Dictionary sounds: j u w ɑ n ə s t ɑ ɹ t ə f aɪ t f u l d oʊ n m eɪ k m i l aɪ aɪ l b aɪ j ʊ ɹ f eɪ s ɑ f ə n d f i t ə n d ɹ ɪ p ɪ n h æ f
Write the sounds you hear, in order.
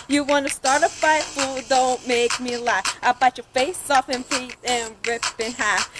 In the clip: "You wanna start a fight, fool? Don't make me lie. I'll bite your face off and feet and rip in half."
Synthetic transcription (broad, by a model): j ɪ w ɑ n ə s t ɑ ɹ t ə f aɪ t f u l d oʊ n m eɪ k m i l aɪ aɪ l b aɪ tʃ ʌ ɹ f eɪ s ɑ f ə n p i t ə n ɹ ɪ p ɪ n h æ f